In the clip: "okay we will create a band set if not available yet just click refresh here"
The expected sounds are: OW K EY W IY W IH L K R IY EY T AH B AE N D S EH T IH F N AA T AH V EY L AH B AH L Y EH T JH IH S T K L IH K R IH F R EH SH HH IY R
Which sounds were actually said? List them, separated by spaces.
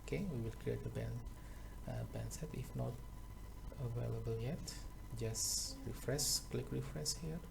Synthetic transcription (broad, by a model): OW K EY W IY W IH L K R IY EY T AH B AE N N S EH T IH F N AA T AH V EY L AH B AH L Y EH T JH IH S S K L IH K R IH F R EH S HH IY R